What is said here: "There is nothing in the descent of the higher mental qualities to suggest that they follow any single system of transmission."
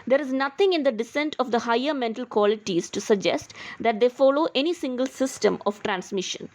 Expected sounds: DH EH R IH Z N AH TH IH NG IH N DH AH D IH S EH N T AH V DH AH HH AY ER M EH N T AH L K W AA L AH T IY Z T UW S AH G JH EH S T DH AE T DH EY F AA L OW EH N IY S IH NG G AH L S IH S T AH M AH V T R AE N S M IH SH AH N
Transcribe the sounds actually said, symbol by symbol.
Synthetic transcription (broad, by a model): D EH R IH Z N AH T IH NG IH N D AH D IH S EH N T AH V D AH HH AY ER M EH N T AH L K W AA L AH T IY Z T UW S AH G JH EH S T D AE T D EY F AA L OW EH N IY S IH NG G AH L S IH S T AH M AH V T R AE N S M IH SH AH N